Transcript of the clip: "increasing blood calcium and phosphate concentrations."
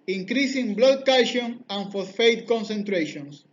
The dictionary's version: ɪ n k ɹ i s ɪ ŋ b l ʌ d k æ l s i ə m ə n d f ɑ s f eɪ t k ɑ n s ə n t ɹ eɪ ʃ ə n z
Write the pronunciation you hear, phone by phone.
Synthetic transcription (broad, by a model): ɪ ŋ k ɹ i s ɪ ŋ b l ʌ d k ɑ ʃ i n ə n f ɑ θ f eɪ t k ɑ n s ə n t ɹ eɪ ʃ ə n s